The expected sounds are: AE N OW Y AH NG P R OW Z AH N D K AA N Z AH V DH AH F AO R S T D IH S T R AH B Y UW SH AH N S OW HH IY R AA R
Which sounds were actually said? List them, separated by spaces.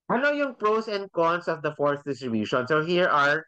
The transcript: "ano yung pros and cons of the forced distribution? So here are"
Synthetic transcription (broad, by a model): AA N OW Y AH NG P R OW S AH N D K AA N S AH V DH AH F AO R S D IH S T R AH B Y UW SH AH N S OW HH IY R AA R